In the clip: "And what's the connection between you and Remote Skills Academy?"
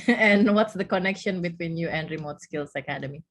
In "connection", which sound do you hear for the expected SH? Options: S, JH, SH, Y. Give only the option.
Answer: SH